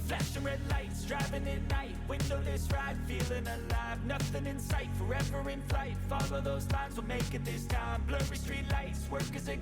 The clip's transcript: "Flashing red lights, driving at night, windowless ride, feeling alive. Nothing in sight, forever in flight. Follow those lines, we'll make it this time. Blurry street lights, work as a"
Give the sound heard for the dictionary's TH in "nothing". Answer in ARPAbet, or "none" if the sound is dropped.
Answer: TH